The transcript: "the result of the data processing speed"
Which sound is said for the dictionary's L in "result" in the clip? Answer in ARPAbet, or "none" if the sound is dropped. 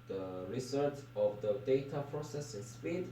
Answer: none